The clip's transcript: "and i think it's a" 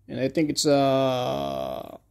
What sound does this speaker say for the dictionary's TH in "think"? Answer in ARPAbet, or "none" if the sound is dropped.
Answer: TH